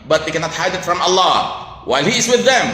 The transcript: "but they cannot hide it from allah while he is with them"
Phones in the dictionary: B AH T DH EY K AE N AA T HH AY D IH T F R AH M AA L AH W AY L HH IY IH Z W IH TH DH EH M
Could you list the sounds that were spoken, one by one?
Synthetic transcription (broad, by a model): B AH T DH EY K AE N AA T HH AY D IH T F R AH M AA L AH W AY L HH IY IH Z W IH DH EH M